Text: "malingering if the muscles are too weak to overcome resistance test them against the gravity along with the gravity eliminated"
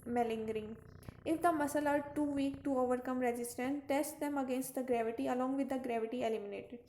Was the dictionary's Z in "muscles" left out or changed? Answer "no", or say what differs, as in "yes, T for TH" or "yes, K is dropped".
yes, Z is dropped